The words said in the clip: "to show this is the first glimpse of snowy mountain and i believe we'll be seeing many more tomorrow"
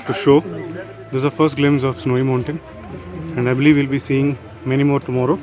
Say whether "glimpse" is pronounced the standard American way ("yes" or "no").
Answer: no